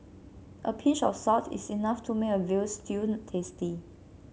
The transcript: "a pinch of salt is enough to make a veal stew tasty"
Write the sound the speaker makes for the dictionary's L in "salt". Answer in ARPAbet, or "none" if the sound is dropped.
none